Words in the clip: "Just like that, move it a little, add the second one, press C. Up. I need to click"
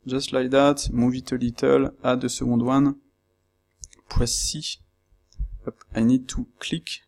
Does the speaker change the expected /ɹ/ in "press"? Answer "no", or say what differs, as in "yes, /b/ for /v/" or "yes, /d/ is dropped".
yes, /w/ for /ɹ/